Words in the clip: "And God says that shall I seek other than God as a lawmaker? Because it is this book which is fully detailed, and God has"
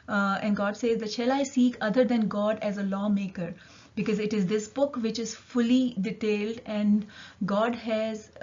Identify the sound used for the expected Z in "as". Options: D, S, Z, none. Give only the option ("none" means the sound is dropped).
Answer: Z